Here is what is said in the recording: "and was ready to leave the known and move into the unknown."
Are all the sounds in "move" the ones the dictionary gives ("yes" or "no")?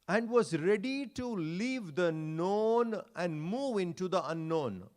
yes